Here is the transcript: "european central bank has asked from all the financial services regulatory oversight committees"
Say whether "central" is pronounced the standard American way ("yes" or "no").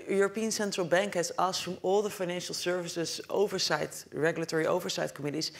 yes